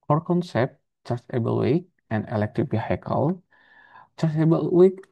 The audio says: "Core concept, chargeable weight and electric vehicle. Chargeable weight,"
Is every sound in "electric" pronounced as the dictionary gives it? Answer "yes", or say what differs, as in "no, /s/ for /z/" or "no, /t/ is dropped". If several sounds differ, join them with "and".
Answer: no, /ɹ/ is dropped